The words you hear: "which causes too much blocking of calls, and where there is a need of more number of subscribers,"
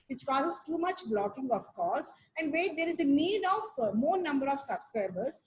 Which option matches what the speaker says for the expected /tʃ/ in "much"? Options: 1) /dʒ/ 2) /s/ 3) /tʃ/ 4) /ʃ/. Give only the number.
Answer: 3